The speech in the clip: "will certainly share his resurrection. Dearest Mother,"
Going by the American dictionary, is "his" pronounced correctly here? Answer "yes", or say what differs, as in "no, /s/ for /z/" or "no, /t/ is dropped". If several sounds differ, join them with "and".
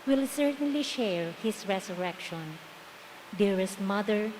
no, /s/ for /z/